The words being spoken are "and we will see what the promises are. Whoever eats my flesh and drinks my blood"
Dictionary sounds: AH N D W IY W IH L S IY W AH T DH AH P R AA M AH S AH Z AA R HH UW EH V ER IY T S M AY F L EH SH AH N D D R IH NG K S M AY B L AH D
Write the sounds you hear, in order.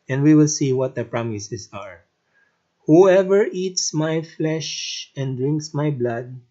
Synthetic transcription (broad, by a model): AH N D W IY W IH L S IY W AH T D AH P R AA M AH S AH S AA R HH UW EH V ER IY T S M AY F L EH SH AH N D D R IH NG K S M AY B L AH D